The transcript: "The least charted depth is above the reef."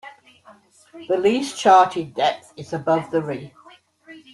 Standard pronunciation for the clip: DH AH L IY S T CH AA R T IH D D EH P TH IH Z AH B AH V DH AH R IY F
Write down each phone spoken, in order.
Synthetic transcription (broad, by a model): DH AH L IY S CH AA T IH D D EH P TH IH Z AH B AH V DH AH R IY